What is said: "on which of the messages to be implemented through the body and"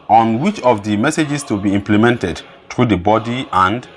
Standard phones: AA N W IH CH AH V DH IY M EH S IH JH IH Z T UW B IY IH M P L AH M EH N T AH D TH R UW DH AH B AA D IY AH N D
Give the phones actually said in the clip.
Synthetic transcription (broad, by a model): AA N W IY CH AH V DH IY M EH S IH JH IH S T UW B IY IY M P L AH M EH N T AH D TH R UW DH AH B AA D IY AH N D